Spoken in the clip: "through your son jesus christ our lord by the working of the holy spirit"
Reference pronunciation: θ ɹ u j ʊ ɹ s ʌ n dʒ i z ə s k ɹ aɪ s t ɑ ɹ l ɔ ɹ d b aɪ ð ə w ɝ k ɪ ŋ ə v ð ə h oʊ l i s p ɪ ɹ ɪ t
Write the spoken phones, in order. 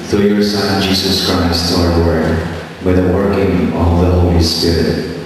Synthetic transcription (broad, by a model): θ ɹ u j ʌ ɹ s ʌ n dʒ i z ə s k ɹ aɪ s t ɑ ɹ w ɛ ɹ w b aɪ ð ə w ɝ k ɪ ŋ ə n ð ə h oʊ l i s p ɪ ɹ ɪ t